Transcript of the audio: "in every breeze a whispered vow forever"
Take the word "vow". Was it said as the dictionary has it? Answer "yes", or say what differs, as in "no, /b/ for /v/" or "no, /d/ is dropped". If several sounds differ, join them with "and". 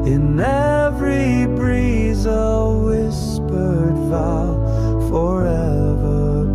no, /f/ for /v/